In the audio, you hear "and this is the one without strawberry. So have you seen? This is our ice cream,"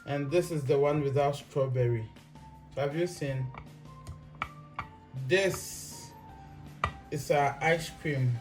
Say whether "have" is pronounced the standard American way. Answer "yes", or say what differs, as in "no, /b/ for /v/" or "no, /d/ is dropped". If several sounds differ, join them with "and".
yes